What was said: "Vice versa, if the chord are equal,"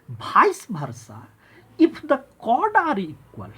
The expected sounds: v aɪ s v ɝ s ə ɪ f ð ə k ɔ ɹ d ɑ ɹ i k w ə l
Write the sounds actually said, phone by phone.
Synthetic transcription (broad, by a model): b aɪ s b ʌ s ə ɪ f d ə k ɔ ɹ d ɑ ɹ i k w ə l